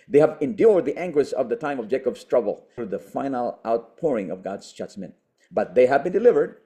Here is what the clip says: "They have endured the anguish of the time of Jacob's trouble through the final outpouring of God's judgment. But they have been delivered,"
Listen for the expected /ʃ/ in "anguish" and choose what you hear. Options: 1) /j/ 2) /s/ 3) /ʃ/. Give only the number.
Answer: 2